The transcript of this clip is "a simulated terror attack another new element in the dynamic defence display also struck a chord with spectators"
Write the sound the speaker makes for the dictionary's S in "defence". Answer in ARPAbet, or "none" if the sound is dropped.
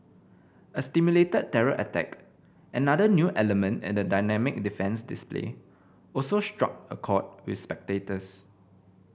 S